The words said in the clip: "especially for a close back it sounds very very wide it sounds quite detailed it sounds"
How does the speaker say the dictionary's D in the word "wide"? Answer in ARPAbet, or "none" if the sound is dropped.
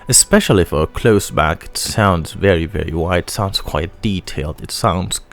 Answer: none